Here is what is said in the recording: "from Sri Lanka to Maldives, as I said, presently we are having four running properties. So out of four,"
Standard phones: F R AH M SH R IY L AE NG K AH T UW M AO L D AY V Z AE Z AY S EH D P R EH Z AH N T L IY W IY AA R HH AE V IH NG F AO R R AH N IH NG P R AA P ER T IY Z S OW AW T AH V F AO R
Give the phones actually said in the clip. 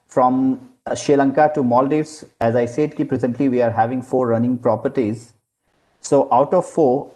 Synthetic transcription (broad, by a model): F R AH M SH IY L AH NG K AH T UW M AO L D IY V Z AE Z AY S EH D P R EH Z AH N T L IY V IY AA R HH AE V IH NG F AO R R AH N IH NG P R AA P ER T IY Z S OW AW T AH V F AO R